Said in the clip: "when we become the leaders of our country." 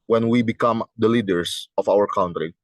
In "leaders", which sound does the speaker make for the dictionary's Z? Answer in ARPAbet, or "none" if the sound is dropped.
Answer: S